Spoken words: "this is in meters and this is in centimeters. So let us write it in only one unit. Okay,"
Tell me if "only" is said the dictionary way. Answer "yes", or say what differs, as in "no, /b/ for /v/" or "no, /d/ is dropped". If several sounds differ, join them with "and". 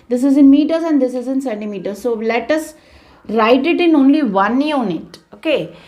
yes